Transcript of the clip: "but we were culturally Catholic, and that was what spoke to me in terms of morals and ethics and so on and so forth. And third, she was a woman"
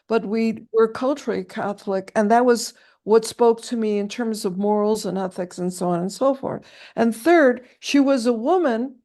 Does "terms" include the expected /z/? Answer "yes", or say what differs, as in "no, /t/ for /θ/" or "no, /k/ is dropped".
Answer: yes